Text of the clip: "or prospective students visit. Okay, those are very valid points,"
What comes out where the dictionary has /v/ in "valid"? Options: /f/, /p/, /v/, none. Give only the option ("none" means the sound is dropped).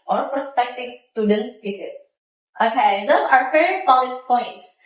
/p/